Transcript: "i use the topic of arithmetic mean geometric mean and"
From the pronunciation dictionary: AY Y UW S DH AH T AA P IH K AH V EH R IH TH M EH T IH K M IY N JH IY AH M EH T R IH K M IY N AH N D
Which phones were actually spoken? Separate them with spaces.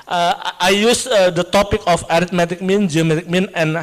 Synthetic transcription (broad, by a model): AY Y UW S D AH T AA P IH K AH F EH R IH T M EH T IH K M IY N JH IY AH M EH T IH K M IY N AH N